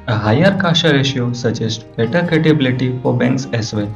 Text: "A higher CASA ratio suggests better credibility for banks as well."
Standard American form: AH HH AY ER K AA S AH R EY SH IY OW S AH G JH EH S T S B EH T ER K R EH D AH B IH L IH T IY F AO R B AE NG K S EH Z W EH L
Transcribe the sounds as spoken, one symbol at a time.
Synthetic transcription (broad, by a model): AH HH AY ER K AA SH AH R EY SH IY OW S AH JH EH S T B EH T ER K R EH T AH B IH L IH T IY F AO R B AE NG K S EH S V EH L